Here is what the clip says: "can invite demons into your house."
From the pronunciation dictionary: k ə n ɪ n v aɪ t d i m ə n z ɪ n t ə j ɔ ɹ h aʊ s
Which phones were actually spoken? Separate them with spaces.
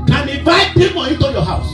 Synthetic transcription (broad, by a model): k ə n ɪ v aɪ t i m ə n ɪ t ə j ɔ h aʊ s